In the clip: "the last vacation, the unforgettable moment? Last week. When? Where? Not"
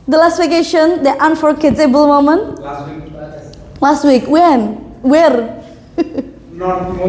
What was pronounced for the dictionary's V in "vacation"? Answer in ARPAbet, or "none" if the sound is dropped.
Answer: W